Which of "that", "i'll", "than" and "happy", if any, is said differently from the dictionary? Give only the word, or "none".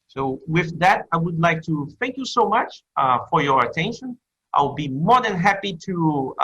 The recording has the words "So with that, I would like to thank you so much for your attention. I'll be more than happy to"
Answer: i'll